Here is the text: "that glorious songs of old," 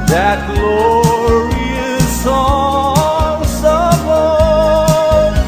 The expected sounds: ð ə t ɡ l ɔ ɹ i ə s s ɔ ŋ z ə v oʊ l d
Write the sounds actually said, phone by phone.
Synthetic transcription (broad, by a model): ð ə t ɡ l ɔ ɹ i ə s s ɔ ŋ s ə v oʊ